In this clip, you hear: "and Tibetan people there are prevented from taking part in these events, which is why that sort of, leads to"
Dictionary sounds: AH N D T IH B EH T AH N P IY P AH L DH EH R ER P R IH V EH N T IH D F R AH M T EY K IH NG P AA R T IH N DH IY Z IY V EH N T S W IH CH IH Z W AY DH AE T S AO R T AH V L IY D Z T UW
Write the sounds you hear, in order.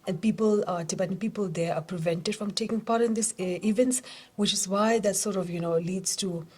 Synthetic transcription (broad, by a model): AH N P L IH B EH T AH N P IY P AH L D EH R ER P R IH V EH N T IH D F R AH M T EY K IH NG P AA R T IH N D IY S IY V EH N T S W IH CH IH Z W AY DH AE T S AO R T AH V L IY D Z T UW